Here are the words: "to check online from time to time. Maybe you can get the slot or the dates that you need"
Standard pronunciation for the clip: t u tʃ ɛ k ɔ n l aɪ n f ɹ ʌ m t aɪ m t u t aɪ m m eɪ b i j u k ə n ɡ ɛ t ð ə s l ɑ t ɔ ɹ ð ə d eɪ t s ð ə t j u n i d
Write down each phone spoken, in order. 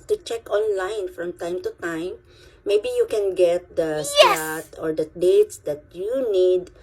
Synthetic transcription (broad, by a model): t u tʃ ɛ k ɔ n l aɪ n f ɹ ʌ m t aɪ m t u t aɪ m m eɪ b i j u k ə n ɡ ɛ t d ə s ɑ t ɔ ɹ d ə d eɪ t s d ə t j u n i d